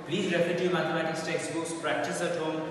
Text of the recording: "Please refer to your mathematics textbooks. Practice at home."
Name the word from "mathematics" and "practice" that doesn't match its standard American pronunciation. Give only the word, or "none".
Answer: mathematics